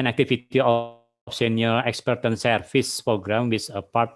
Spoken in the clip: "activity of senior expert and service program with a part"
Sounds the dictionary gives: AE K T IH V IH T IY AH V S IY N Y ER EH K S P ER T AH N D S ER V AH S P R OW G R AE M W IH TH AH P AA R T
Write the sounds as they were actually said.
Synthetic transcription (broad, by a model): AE K T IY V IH T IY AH F S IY N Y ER EH K S P ER T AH N S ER F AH S P R OW G R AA M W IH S AH P AA R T